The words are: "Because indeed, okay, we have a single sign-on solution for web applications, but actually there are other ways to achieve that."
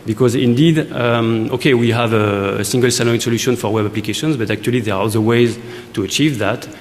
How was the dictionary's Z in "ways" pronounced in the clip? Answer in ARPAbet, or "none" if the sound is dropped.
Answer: Z